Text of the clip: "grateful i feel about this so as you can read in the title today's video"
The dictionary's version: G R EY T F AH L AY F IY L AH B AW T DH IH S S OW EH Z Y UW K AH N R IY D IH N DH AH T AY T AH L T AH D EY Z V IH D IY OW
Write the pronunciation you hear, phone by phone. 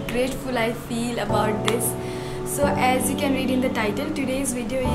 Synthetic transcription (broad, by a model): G R EY T F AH L AY F IY L AH B AW T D IH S S OW EH Z Y UW K AH N R IY D IH N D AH T AY T AH L T AH D EY Z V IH D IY OW